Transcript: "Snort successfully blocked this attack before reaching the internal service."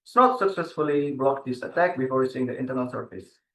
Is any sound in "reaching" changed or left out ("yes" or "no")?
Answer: yes